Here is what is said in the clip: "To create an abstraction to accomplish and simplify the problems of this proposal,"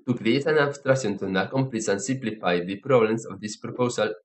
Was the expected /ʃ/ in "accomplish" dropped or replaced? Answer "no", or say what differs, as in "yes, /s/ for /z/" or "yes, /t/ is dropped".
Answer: yes, /s/ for /ʃ/